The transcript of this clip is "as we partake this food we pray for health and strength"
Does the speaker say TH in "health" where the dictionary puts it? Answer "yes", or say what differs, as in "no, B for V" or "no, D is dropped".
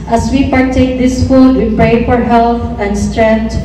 no, T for TH